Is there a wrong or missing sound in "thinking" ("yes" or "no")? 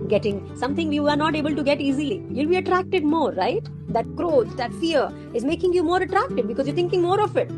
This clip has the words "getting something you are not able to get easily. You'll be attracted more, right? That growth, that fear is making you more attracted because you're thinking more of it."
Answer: yes